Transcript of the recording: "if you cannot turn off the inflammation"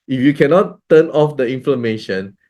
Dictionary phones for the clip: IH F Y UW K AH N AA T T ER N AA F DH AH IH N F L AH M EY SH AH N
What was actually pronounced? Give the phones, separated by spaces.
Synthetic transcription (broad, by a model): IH F Y UW K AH N AA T T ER N AA F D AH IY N F L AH M EY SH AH N